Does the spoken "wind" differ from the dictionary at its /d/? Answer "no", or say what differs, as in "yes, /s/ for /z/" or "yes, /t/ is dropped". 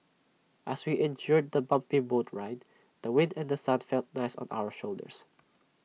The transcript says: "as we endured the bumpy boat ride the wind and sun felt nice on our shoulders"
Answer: no